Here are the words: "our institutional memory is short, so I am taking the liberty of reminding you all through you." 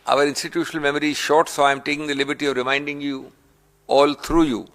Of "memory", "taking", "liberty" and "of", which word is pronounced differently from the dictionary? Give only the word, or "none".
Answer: none